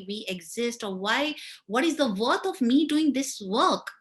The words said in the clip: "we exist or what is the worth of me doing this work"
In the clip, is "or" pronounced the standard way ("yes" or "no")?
no